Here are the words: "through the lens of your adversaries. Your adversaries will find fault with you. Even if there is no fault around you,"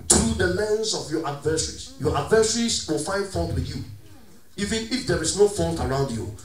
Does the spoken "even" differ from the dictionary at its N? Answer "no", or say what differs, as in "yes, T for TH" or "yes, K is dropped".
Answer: no